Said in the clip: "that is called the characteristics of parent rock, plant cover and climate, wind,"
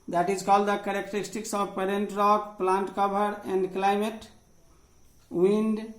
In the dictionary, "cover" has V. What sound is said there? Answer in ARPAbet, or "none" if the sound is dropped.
B